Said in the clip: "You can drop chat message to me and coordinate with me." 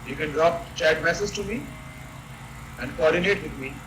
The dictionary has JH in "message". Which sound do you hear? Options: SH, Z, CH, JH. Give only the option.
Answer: Z